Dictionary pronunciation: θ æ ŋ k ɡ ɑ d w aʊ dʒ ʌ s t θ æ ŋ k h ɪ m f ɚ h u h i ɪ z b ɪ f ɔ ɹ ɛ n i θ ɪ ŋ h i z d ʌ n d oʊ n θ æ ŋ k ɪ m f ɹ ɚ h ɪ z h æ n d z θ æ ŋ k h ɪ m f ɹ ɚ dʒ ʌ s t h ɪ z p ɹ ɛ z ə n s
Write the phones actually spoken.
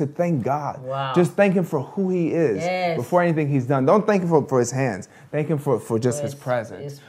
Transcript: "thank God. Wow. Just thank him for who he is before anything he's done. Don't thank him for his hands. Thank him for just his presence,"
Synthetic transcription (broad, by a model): θ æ ŋ k ɡ ɑ d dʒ ʌ s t θ æ ŋ k h ɪ m f ɚ h u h i ɪ z b ɪ f ɔ ɹ ɛ n i θ ɪ ŋ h i z d ʌ n d oʊ n θ æ ŋ k ɪ m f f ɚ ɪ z h æ n d z θ æ ŋ k h ɪ m f ɹ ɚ dʒ ʌ s t h ɪ z p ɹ ɛ z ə n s